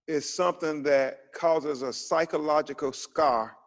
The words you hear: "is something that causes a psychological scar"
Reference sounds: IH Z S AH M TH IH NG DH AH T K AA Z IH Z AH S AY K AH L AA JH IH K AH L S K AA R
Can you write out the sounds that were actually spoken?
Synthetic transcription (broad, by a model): IH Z S AH M TH IH NG DH AH T K AA Z IH Z AH S AY K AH L AA JH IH K L S K AA R